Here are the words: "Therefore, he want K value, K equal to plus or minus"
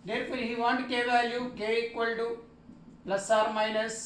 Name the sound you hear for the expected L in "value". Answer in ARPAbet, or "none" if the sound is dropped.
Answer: none